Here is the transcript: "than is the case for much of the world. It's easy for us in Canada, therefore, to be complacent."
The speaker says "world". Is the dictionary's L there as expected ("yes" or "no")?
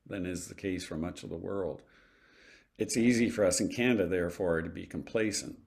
yes